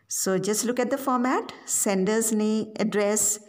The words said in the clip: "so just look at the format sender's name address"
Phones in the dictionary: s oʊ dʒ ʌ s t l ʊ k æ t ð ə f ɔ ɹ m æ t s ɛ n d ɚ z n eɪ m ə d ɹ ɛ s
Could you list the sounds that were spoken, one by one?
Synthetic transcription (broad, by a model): s oʊ dʒ ʌ s t l ʊ k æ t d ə f ɔ ɹ m æ t s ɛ n d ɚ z n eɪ ə d ɹ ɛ s